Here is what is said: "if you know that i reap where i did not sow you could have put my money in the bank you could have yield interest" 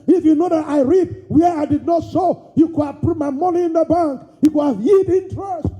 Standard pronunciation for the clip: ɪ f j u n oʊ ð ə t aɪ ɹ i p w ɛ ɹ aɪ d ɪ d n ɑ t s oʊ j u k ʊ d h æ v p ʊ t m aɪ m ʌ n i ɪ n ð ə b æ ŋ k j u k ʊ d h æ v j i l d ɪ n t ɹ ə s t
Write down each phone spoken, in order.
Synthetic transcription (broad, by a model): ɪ f j u n oʊ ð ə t aɪ ɹ i p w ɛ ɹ aɪ d ɪ d n ɑ t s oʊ j u k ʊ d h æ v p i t m aɪ m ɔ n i ɪ n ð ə b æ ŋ k j u k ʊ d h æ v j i d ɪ n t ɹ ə s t